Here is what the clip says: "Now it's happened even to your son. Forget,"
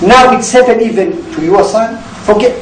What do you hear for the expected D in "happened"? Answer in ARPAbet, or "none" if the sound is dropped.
none